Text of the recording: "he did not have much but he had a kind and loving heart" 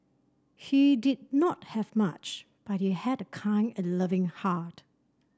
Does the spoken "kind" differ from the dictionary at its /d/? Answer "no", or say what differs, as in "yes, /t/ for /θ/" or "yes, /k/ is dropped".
yes, /d/ is dropped